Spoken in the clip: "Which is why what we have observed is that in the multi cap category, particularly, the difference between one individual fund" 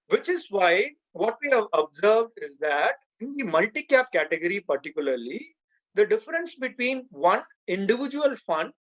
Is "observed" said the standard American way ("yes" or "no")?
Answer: yes